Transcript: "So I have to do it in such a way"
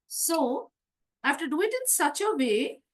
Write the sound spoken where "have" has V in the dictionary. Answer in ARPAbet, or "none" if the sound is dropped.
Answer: F